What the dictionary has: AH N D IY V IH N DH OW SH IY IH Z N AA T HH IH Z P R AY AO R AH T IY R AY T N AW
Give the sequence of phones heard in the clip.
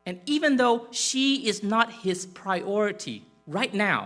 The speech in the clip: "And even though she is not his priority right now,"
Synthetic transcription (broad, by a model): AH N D IY V IH N DH OW SH IY IH Z N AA T HH IH Z P R AY AO R AH T IY R AY T N AW